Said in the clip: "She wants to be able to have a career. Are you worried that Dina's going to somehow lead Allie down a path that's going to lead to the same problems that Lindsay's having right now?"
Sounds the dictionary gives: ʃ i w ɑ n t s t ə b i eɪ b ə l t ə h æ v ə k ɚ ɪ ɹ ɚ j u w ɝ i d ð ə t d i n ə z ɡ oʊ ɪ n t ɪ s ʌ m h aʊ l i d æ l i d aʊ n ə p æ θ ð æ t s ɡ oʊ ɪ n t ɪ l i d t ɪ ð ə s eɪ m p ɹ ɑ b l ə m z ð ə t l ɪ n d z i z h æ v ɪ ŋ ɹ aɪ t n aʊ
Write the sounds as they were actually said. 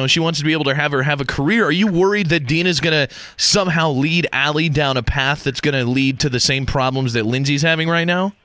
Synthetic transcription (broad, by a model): ʃ i w ɑ n t s t ə b i eɪ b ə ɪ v ə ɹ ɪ v ə k ɚ ɪ ɹ ɚ j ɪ w ɝ i d ð ə t d i n ə z ɡ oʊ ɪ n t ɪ s ʌ m h aʊ l i d æ l i d aʊ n ə p æ θ ð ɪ t s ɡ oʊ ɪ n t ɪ l i d t ɪ ð ə s eɪ m p ɹ ɑ b l ə m z ð ə t l ɪ n z i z h æ v ɪ ŋ ɹ aɪ t n aʊ